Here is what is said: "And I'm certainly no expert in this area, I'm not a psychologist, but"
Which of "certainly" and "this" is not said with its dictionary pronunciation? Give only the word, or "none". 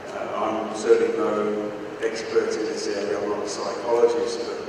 certainly